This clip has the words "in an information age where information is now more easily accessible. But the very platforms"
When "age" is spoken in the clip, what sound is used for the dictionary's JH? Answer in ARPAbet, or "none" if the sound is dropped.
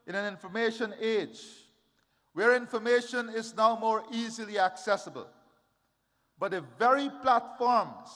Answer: JH